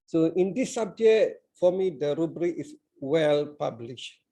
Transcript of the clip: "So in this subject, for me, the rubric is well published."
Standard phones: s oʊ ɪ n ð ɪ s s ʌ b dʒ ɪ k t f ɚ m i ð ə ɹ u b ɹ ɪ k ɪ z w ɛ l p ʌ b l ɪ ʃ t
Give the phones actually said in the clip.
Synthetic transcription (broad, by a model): s oʊ ɪ n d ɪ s s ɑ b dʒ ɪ t f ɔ m i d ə ɹ u b ɹ ɪ k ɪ s w ɛ l p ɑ b l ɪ ʃ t